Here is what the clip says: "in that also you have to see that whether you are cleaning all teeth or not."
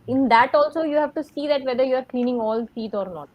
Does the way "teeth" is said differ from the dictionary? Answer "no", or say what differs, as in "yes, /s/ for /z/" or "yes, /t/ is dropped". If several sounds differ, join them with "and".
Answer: yes, /s/ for /t/ and /t/ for /θ/